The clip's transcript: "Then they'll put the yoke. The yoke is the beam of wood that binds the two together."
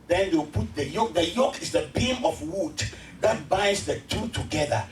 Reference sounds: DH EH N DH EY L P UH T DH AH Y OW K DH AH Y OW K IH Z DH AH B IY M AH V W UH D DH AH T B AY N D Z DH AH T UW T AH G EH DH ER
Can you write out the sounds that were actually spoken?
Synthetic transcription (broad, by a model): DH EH N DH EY W P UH T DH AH Y OW K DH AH Y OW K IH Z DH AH B IY M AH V W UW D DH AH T B AY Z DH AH T UW T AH G EH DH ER